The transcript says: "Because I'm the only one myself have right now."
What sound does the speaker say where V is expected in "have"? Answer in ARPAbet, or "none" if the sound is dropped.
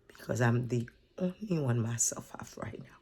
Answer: F